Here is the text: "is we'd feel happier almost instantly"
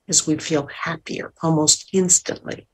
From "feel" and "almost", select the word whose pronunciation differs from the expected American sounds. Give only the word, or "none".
none